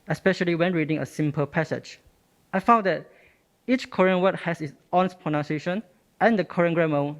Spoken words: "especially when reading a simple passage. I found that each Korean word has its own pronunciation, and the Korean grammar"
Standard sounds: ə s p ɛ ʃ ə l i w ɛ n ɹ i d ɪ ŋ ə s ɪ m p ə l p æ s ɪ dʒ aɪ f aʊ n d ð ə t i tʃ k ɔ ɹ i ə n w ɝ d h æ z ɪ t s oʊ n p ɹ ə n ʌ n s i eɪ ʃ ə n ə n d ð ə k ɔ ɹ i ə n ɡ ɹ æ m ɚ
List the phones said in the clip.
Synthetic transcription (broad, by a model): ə s p ɛ ʃ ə l i w ɛ n ɹ i d ɪ ŋ ə s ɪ m p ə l p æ s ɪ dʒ aɪ f aʊ n d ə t i tʃ k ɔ ɹ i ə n w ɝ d h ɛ s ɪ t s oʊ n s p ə n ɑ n s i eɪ ʃ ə n ə n d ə k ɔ ɹ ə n ɡ ɹ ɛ m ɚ